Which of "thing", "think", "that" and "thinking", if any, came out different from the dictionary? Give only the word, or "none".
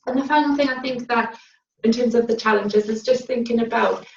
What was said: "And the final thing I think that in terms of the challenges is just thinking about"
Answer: none